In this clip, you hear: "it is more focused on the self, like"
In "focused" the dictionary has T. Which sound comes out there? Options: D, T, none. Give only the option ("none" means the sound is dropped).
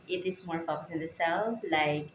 none